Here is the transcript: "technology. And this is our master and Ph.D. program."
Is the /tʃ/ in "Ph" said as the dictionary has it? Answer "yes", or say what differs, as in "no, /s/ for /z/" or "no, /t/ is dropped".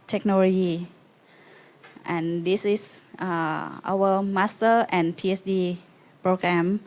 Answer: no, /s/ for /tʃ/